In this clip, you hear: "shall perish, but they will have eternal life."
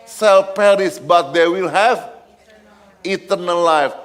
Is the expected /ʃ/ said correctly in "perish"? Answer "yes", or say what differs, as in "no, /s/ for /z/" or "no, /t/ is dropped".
no, /s/ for /ʃ/